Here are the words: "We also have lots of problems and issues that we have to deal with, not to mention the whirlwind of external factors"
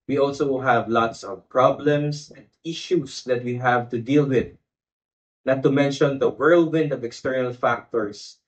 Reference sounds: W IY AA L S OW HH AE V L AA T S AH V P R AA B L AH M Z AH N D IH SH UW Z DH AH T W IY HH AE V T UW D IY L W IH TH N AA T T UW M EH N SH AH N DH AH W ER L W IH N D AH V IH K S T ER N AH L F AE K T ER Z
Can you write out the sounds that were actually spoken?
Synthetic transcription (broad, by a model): W IY AA L S OW HH AE V L AA T S AH V P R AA B L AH M S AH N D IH SH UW S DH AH T W IY HH AE V T UW D IY L W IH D N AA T T UW M EH N SH AH N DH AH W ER L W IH N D AH V IH K S T ER N AH L F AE K T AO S